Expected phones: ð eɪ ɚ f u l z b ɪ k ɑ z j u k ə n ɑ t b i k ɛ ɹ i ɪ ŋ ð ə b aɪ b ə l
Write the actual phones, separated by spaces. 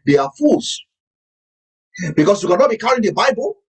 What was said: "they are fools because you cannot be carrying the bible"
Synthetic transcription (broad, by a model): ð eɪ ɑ f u l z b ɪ k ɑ s j u k ə n ɑ t b i k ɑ i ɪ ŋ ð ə b aɪ b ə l